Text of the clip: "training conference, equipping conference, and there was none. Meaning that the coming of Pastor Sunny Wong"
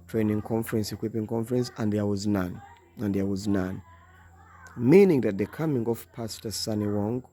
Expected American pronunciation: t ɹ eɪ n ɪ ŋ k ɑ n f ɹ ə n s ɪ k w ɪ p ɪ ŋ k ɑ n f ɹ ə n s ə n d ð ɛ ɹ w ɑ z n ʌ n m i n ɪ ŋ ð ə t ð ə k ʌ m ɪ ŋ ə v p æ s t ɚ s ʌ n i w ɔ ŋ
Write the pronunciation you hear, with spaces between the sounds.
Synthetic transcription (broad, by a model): t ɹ eɪ n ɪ ŋ k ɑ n f ɹ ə n s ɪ k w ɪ p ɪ ŋ k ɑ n f ɹ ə n s ə n d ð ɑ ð w ɑ z n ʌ n m i n ɪ ŋ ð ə t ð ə k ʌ m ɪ ŋ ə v p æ s t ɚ s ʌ n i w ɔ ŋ